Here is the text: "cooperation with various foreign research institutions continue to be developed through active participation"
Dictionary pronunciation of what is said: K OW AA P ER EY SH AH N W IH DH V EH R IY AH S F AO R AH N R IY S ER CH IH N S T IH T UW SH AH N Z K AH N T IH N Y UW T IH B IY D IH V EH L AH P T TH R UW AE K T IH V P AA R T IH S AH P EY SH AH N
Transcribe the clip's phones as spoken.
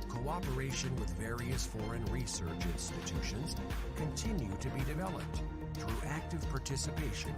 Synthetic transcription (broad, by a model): K OW AA P ER EY SH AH N W IH DH V EH R IY AH S F AO R AH N R IY S ER CH IH N S T IH T UW SH AH N Z K AH N T IH N Y UW T IH B IY D IH V EH L AH P T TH R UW AE K T IH V P AA R T IH S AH P EY SH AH N